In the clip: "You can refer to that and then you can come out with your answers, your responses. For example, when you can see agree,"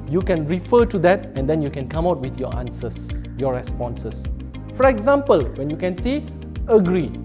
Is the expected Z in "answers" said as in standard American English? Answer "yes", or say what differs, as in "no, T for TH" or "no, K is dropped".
no, S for Z